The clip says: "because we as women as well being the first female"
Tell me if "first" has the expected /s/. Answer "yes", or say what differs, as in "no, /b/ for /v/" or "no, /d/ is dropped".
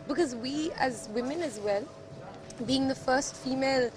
yes